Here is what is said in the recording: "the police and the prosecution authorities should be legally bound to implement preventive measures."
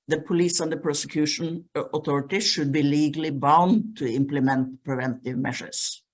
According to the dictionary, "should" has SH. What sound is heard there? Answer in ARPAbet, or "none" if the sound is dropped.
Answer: SH